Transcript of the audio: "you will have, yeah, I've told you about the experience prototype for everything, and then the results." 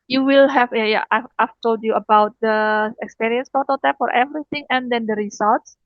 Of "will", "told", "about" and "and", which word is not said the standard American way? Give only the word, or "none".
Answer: none